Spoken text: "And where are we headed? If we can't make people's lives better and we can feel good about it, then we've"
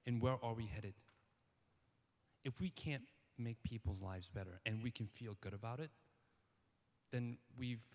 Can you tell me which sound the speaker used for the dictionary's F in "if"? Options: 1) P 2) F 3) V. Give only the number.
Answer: 2